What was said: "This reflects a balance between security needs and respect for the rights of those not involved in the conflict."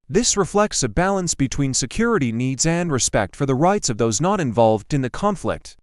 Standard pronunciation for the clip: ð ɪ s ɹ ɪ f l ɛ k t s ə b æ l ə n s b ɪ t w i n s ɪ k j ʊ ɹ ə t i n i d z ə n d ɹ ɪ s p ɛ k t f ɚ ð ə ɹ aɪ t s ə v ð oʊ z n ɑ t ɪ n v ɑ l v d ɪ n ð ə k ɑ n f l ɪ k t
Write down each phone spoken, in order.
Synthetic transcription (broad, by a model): ð ɪ s ɹ ɪ f l ɛ k t s ə b æ l ə n s b ɪ t w i n s ɪ k j ʊ ɹ ə t i n i d z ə n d ɹ ɪ s p ɛ k t f ɚ ð ə ɹ aɪ t s ə v ð oʊ z n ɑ t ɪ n v ɑ l v d ɪ n ð ə k ɑ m f l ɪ k t